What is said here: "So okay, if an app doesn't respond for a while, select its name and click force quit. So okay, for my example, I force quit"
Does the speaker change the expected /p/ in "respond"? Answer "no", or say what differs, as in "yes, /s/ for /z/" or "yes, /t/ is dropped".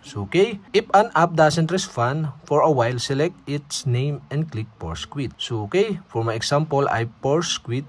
yes, /f/ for /p/